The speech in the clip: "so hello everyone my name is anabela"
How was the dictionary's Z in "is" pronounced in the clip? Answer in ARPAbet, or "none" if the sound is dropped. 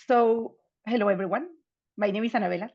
S